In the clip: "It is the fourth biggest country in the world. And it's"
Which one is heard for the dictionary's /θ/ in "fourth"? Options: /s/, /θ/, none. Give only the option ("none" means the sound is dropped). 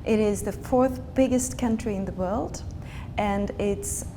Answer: /θ/